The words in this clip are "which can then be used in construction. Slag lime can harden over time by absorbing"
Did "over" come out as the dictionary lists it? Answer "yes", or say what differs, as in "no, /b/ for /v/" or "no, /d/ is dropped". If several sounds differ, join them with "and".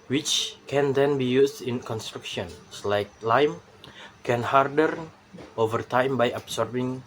yes